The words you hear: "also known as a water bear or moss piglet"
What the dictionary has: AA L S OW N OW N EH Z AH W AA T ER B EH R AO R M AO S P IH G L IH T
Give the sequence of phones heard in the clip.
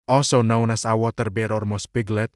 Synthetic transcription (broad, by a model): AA L S OW N OW N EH S AH W AA T ER B EH R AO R M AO S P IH G L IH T